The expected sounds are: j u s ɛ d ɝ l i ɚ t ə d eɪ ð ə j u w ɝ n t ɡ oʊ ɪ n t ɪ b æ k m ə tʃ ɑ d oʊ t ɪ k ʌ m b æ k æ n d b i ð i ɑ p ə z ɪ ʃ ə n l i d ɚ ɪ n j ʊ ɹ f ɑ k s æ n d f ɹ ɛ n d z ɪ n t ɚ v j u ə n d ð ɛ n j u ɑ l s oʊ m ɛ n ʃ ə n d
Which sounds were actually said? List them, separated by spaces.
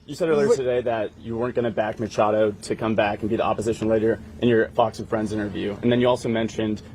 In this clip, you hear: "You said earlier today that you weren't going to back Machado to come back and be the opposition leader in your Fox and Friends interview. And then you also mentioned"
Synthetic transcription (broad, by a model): j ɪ s ɛ d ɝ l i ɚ t ə d eɪ ð ə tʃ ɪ w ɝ n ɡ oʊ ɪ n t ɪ b æ k m ə tʃ ɑ d oʊ t ɪ k ʌ m b æ k n b i ð i ɑ p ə z ɪ ʃ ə n l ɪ d ɚ ɪ n j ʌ ɹ f ɑ k s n f ɹ ɛ n d z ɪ n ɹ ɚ v j u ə n ð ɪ n j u ɑ l s oʊ m ɛ n ʃ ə n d